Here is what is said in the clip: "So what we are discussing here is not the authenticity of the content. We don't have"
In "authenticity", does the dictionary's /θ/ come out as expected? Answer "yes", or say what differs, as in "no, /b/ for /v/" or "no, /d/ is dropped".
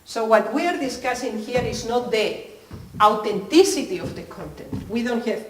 no, /t/ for /θ/